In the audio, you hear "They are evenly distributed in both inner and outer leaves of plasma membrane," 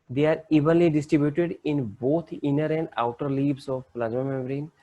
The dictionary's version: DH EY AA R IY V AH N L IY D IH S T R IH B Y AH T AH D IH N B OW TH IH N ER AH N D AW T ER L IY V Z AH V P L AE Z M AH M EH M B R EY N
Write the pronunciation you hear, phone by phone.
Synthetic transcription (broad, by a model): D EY AA R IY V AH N L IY D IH S T R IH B Y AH T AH D IH N B OW T IH N ER AH N D AW T ER L IY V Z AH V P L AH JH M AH M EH M R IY N